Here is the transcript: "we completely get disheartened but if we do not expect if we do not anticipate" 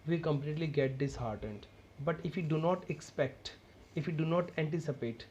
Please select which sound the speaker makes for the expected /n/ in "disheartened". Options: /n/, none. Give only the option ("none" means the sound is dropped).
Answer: /n/